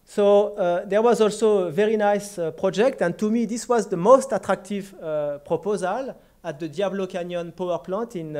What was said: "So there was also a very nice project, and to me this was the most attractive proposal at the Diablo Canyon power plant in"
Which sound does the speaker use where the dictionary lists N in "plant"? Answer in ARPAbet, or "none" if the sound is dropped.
none